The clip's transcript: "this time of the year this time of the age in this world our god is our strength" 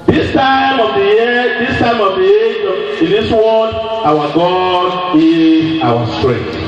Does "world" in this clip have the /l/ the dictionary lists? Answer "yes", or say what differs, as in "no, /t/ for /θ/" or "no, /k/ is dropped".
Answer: no, /l/ is dropped